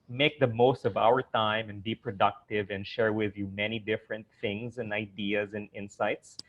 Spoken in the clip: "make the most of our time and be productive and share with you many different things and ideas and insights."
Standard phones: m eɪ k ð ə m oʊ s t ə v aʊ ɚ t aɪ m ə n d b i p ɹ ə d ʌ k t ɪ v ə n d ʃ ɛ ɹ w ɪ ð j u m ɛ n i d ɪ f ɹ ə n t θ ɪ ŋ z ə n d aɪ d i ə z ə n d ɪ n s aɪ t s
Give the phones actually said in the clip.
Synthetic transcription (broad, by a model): m eɪ k ð ə m oʊ s t ə v aʊ ɚ t aɪ m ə n b i p ɹ ə d ʌ k t ɪ v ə n ʃ ɛ ɹ w ɪ ð j u m ɛ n i d ɪ f ɹ ə n t θ ɪ ŋ z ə n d aɪ d i ə z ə n ɪ n s aɪ t s